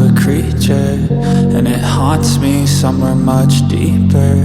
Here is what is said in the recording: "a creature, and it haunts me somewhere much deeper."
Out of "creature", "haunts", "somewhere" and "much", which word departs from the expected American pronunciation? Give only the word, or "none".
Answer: haunts